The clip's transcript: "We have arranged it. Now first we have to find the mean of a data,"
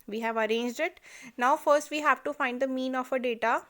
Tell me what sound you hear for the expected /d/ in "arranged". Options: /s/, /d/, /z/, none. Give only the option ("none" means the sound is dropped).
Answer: /d/